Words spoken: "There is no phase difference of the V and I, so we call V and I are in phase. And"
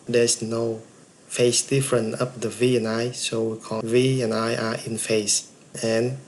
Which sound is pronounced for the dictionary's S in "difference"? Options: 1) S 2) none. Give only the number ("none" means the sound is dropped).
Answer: 2